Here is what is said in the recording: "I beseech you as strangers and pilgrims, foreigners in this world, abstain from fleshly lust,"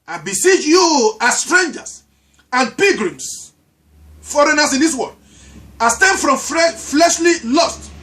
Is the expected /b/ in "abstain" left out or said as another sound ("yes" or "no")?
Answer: yes